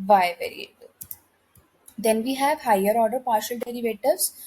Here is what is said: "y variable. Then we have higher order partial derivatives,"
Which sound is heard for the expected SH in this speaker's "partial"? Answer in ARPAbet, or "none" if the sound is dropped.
SH